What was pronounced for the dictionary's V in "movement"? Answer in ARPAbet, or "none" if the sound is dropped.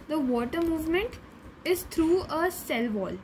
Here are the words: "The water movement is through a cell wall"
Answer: V